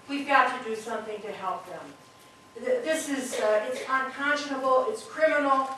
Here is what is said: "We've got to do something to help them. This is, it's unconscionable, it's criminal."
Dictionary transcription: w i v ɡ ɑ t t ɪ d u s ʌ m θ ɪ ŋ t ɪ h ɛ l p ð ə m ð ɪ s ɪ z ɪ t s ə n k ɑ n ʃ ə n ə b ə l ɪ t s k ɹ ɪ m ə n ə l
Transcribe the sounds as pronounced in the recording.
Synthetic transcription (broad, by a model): w i v ɡ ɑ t t ɪ d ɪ s ʌ m θ ɪ ŋ t ɪ h ɛ l p ð ə m ð ɪ s ɪ z ɪ t s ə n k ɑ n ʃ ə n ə b l ɪ t s k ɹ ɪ m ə n l